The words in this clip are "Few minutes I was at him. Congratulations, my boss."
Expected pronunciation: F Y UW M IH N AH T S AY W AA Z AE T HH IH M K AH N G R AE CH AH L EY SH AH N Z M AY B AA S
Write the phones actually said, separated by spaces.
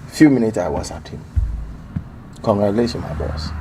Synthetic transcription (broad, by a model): F Y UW M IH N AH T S AY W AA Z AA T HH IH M K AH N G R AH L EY S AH M AY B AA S